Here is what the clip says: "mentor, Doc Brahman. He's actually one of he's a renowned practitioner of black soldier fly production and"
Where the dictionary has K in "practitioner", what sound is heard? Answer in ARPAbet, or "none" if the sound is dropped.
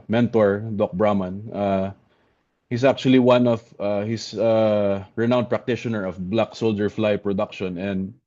K